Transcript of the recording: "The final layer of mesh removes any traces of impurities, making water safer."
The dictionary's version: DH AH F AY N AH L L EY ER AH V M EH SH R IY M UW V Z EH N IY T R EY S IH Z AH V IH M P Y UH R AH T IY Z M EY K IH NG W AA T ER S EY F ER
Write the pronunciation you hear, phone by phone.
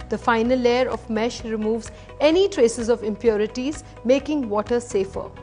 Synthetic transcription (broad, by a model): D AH F AY N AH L L EY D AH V M EH SH R IY M UW V Z EH N IY T R EY S IH Z AH V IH M P Y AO R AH T IY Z M EY K IH NG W AA T ER S EY F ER